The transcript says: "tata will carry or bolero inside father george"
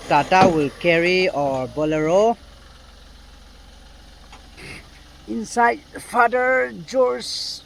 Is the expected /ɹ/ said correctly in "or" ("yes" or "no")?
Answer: yes